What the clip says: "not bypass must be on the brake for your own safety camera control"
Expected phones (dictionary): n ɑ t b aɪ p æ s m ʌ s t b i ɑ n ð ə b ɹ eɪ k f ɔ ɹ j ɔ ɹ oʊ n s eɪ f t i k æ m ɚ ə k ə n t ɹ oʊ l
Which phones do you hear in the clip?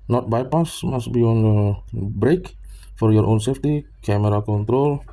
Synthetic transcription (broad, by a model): n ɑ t b aɪ p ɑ s m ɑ s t b i ɑ n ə b ɹ eɪ k f ɔ ɹ j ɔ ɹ oʊ n s eɪ f t i k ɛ m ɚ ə k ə n t ɹ oʊ l